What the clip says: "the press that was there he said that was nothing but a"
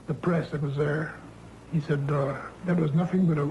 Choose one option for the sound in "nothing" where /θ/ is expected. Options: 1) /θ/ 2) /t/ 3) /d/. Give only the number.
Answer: 1